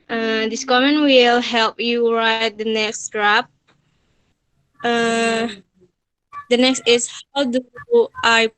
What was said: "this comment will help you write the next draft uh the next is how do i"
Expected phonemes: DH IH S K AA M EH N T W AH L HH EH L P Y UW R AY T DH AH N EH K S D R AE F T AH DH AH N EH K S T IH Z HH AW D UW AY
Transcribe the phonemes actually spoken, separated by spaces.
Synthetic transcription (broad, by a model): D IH S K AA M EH N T W AH L HH EH L P Y UW R AY T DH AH N EH K S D R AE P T AH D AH N EH K S T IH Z HH AW D UW AY